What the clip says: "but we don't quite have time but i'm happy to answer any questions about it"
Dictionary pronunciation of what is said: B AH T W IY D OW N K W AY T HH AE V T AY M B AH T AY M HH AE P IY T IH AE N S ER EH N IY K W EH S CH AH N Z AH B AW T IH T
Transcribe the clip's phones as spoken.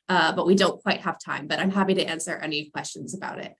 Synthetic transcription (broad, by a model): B AH T W IY D OW N K W AY T HH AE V T AY M B AH T AY M HH AE P IY T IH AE N S ER EH N IY K W EH S CH AH N Z AH B AW T IH T